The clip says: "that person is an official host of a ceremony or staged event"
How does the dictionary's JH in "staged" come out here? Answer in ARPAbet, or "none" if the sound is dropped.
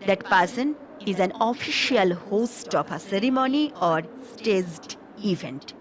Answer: Z